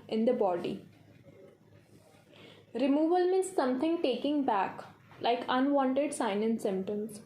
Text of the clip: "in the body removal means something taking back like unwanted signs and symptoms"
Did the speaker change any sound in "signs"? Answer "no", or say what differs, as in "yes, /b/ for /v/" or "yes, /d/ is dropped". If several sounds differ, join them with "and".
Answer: yes, /z/ is dropped